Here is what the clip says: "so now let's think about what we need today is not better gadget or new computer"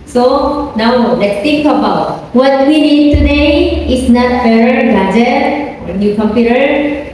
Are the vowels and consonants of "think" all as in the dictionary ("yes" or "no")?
no